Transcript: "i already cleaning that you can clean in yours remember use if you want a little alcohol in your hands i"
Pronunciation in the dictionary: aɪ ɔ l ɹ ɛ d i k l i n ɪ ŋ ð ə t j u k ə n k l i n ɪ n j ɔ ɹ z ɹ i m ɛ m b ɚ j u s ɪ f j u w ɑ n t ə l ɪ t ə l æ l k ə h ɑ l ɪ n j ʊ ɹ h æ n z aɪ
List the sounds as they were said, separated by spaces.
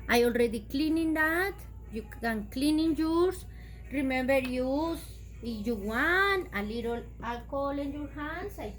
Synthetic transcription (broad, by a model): aɪ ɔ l ɹ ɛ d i k l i n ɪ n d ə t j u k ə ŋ k l i n ɪ n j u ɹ s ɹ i m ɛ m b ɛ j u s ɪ j u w ɑ n ə l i t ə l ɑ k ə l ɪ n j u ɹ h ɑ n s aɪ